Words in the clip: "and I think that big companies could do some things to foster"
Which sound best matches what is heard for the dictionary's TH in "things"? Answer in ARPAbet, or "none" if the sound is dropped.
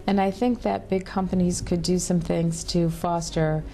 TH